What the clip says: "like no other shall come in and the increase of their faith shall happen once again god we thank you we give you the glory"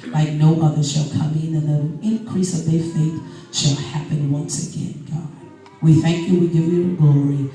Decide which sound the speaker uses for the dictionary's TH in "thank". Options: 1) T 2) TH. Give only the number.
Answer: 2